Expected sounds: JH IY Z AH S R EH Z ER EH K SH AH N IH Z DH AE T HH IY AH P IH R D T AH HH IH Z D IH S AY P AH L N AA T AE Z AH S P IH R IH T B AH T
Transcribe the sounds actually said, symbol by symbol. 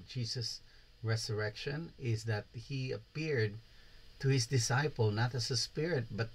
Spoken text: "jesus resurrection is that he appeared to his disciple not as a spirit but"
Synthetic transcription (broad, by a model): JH IY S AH S R EH S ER EH K SH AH N IH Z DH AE T HH IY AH P IH R D T AH HH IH S D IH S AY P AH L N AA T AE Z AH S P IH R IH T B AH T